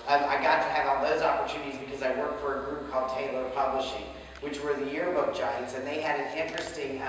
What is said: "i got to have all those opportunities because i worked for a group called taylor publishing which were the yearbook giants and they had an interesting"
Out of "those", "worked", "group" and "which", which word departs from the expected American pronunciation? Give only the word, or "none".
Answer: none